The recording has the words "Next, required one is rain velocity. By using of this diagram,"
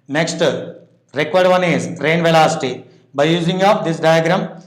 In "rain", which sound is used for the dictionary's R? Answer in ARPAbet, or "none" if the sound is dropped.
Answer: R